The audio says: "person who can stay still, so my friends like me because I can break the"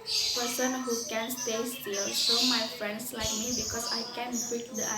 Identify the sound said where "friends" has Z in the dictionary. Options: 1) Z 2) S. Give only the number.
2